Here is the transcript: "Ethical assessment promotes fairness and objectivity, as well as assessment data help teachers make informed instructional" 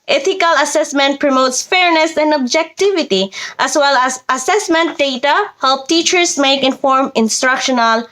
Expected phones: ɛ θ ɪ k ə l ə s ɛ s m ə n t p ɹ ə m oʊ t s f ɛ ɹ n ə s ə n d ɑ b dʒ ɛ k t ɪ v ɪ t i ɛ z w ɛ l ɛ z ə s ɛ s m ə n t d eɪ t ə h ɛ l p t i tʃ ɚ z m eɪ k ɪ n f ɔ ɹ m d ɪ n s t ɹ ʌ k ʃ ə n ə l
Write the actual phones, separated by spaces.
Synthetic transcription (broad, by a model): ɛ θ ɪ k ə l ə s ɛ s m ə n t p ɹ ə m oʊ t s f ɛ ɹ n ə s ə n d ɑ b dʒ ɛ k t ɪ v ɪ t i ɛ s w ɛ l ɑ s ə s ɛ s m ə n t d eɪ t ə h ɛ l p t i tʃ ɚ s m eɪ k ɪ n f ɔ ɹ m ɪ n s t ɹ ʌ k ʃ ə n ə l